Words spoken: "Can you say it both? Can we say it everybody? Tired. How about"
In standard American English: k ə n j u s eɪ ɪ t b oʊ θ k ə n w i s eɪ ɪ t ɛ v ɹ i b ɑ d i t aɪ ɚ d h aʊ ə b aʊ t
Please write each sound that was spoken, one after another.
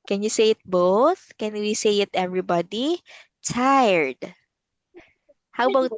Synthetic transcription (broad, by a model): k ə n j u s eɪ ɪ t b oʊ θ k ə n w i s eɪ ɪ t ɛ v ɹ i b ɑ d i t aɪ ɚ d h aʊ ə b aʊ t